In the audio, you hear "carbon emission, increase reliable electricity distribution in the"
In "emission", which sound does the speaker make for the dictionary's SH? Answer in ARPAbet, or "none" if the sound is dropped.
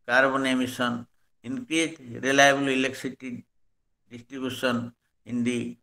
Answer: S